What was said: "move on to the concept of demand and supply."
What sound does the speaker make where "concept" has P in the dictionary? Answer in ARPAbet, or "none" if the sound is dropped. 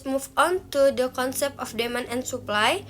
P